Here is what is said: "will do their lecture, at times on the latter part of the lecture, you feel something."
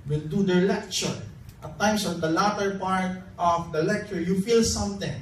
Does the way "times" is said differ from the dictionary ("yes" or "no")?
yes